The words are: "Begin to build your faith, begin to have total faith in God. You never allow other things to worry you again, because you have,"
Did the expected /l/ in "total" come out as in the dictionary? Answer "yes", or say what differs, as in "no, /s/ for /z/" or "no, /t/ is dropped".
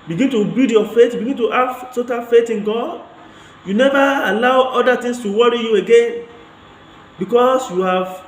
no, /n/ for /l/